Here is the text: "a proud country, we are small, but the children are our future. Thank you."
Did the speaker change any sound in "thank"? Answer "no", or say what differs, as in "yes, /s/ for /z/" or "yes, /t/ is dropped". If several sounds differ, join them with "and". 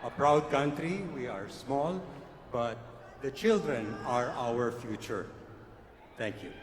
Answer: yes, /t/ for /θ/